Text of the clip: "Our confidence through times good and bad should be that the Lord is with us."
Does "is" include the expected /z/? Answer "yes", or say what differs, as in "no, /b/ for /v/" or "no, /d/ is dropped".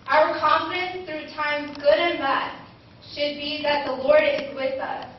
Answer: yes